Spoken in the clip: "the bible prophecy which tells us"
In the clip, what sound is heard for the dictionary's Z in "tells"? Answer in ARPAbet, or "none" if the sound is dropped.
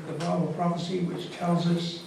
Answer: Z